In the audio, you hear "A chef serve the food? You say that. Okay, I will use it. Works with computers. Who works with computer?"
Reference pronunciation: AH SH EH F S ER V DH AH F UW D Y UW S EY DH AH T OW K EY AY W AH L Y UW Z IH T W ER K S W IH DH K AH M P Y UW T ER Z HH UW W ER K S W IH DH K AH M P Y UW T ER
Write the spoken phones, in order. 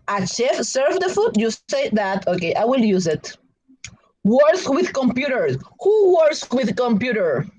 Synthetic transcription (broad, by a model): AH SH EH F S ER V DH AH F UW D Y UW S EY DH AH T OW K EY AY W AH L Y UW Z IH T W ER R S W IH DH K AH M P Y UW T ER HH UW W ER S W IH DH K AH M P Y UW T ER